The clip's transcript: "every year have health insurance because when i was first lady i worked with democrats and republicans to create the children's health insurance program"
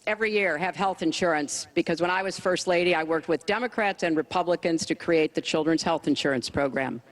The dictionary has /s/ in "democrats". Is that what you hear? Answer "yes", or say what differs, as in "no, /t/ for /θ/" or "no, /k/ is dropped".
yes